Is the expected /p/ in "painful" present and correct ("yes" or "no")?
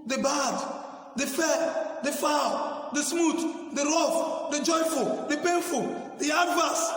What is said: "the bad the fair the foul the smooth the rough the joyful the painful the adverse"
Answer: yes